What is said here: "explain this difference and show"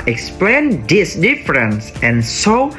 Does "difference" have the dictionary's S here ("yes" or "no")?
yes